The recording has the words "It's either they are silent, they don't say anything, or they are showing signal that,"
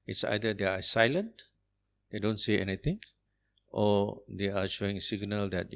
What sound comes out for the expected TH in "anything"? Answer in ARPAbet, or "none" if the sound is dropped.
T